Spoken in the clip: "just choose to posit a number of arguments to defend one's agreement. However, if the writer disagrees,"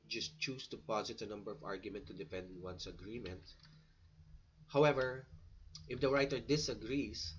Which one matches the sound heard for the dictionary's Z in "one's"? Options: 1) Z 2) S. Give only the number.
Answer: 2